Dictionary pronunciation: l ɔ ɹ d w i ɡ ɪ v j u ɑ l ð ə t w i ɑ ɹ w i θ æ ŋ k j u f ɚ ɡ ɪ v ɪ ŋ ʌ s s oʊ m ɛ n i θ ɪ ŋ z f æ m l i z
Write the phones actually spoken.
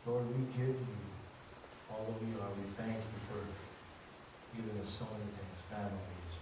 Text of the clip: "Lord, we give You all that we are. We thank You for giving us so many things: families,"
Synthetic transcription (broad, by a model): l ɔ ɹ d w i ɡ ɪ v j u ɑ l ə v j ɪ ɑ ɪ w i θ æ ŋ k j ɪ f ɚ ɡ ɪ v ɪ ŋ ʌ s s oʊ m ɛ n i θ ɪ ŋ z f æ m l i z